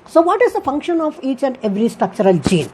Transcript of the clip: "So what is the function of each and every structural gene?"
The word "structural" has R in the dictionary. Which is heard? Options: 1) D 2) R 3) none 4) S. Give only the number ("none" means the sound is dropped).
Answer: 2